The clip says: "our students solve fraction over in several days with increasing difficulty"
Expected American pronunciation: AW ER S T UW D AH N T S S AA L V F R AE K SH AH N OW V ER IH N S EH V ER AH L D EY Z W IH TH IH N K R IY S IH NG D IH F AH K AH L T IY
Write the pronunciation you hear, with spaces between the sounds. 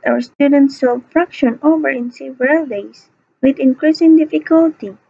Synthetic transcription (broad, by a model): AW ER S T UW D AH N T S S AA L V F R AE K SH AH N OW V ER IH N S EH V ER AH L D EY S W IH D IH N K R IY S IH NG D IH F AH K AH L T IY